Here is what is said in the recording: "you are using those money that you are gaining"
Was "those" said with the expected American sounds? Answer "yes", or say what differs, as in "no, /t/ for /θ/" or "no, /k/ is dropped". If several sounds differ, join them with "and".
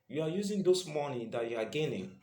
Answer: no, /s/ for /z/